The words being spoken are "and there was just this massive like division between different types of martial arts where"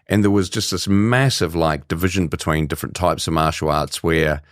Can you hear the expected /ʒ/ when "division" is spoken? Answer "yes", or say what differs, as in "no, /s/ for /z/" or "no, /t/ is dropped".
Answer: yes